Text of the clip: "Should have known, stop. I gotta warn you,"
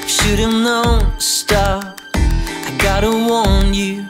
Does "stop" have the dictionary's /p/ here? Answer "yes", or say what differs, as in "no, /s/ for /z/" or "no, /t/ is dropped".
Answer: no, /p/ is dropped